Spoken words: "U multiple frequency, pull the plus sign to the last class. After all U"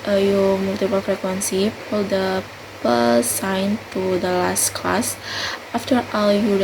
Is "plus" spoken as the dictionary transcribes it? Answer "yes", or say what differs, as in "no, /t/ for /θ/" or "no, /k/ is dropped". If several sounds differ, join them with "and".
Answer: no, /l/ is dropped